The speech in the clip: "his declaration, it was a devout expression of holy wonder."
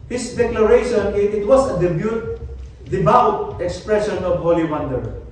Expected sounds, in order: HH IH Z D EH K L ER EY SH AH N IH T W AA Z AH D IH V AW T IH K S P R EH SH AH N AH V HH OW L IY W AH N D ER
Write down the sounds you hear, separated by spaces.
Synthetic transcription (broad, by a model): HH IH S D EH K L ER EY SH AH N IH T W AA S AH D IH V AW T IH K S P R EH SH AH N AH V HH OW L IY W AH N D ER